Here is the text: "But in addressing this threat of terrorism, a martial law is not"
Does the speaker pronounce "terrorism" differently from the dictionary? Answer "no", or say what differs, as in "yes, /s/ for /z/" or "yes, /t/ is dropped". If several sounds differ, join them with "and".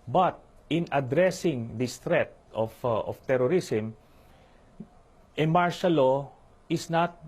yes, /s/ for /z/